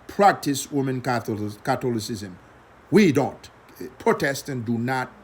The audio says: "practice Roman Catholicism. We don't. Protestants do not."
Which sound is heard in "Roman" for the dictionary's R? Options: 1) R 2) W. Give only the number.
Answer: 2